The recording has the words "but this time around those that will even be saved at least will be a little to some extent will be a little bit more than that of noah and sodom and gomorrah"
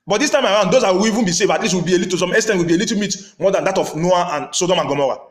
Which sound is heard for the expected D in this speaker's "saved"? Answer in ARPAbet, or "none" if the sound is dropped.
none